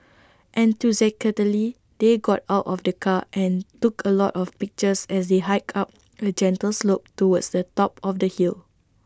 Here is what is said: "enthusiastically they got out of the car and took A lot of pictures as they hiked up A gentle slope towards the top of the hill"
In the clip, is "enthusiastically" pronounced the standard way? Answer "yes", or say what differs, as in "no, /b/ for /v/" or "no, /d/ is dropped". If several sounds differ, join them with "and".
no, /t/ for /θ/ and /s/ is dropped and /k/ is dropped